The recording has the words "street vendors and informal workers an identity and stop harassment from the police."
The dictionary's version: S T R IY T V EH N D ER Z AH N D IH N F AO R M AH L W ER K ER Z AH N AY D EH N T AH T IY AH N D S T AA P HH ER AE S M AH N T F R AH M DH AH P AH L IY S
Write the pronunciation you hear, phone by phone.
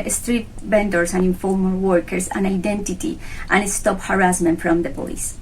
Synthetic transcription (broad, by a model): S T R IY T B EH N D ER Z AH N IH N F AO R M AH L W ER K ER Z AH N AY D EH N T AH T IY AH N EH S T AA P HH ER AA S M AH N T F R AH M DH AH P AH L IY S